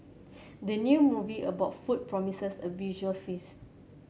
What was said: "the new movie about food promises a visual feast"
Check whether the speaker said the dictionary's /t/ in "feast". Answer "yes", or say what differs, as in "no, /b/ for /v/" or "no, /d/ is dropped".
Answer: no, /t/ is dropped